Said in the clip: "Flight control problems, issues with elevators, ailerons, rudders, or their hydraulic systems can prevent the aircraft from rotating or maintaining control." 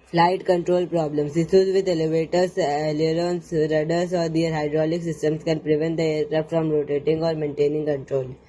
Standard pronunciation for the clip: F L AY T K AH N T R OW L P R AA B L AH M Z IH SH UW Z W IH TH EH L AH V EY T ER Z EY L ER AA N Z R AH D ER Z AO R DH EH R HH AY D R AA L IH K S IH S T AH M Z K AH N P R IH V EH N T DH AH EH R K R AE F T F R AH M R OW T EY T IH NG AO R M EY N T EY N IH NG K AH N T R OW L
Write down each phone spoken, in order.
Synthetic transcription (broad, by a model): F L AY T K AH N T R OW L P R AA B L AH M S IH S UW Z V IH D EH L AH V EY T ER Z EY L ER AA N S R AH D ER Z AO R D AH R HH AY D R AA L IH K S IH S T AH M S K AH N P R IH V EH N T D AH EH R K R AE P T F R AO M R OW T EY T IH NG AO R M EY N T EY N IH NG K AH N T R OW L